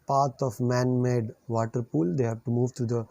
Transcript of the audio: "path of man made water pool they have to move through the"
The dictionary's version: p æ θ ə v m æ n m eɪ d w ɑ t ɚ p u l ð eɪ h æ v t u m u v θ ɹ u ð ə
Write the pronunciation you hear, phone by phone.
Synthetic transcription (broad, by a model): p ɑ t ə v m æ n m eɪ d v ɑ t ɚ p u l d eɪ h æ v t u m u v t ɹ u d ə